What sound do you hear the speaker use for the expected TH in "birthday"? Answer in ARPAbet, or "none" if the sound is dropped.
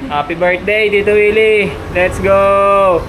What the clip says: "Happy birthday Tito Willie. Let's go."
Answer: T